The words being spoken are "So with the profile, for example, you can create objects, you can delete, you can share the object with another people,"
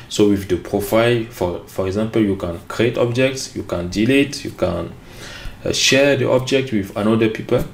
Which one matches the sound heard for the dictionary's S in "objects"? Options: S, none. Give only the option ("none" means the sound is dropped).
S